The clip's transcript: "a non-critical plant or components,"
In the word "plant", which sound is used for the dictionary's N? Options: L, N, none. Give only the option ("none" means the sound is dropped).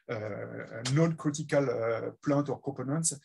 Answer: none